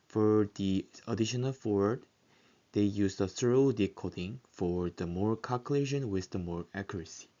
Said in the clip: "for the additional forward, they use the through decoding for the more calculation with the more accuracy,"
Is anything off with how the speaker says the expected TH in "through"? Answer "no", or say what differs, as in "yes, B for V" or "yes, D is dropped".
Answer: yes, S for TH